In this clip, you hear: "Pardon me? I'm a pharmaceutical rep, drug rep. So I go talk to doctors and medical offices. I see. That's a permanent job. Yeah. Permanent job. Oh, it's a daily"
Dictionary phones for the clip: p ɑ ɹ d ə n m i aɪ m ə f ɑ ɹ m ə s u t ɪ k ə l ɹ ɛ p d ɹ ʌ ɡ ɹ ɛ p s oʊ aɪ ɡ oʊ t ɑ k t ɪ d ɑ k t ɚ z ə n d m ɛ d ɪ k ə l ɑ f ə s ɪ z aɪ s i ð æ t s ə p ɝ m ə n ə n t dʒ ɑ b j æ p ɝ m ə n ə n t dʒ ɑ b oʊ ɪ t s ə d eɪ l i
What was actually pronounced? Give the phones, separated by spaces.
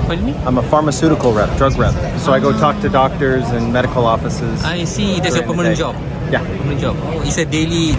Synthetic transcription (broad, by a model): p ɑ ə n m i aɪ m ə f ɑ ɹ m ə s u t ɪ k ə l ɹ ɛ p d ɹ ʌ ɡ ɹ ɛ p s oʊ aɪ ɡ oʊ t ɑ k t ɪ d ɑ k t ɚ z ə n m ɛ d ɪ k ə l ɑ f ə s ɪ z aɪ s i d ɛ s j ə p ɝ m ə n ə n dʒ ɑ b j æ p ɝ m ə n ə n dʒ ɑ b oʊ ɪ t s ə d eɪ l i